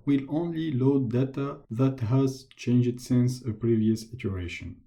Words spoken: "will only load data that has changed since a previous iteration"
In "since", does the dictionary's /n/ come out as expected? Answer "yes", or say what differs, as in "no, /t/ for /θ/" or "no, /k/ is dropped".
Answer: yes